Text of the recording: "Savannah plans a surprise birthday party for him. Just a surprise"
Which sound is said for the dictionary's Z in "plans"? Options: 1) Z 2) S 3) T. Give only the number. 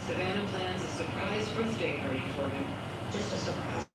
1